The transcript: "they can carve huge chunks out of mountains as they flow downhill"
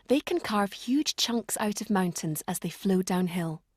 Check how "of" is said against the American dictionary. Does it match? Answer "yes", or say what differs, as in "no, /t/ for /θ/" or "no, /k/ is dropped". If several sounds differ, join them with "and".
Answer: yes